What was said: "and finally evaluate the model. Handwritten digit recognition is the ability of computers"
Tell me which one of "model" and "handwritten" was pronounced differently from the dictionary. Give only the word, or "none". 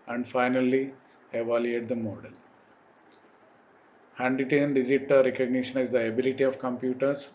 handwritten